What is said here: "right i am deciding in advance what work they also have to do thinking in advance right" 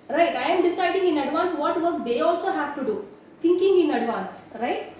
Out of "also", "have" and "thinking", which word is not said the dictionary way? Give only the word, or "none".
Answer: thinking